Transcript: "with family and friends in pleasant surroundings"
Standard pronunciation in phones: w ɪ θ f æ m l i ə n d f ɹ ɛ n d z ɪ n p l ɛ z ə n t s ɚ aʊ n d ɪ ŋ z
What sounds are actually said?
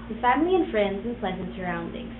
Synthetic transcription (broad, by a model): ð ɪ f æ m l i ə n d f ɹ ɛ n d z ɪ n p l ɛ z ə n t s ɚ aʊ n d ɪ ŋ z